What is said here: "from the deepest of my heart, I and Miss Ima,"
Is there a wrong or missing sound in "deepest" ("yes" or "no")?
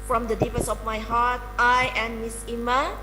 yes